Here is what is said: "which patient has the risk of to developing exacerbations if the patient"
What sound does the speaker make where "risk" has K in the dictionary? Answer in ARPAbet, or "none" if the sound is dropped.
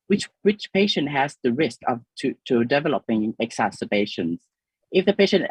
K